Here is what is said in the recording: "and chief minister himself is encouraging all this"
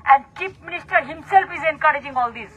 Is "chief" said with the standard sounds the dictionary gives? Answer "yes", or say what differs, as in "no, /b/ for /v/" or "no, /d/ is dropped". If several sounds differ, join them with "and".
no, /p/ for /f/